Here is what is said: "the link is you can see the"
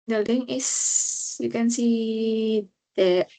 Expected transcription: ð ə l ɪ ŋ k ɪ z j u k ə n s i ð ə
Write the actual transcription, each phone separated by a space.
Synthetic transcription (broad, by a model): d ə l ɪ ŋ ɪ s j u k ə n s i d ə